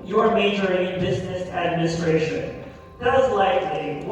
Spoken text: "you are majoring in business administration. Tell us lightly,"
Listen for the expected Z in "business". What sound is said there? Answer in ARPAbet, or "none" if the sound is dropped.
Z